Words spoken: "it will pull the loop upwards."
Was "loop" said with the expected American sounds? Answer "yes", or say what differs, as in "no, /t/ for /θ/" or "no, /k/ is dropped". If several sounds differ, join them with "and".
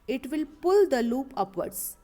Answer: yes